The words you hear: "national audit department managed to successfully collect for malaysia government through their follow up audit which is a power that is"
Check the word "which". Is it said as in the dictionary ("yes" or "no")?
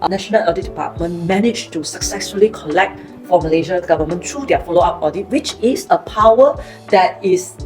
yes